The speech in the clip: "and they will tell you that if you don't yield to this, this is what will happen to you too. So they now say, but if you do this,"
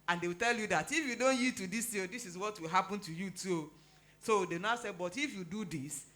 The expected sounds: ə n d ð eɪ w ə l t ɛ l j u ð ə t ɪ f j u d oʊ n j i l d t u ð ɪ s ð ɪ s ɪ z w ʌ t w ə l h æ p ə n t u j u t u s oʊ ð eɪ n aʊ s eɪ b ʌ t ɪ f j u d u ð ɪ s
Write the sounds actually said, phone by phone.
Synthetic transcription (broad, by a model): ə n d eɪ w ə l t ɛ l j u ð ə t ɪ f j u d oʊ n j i d t u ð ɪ s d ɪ s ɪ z w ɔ t w ə l h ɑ p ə n t u j u t u s oʊ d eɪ n aʊ s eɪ b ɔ t ɪ f j u d u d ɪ s